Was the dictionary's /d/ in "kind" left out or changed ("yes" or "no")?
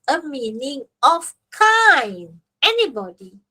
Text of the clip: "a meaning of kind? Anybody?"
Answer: yes